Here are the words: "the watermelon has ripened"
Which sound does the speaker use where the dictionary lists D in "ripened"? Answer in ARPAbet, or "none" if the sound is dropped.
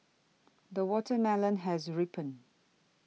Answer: none